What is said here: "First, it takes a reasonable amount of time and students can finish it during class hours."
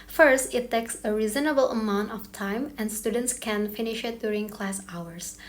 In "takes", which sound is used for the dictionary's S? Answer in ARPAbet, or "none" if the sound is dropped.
S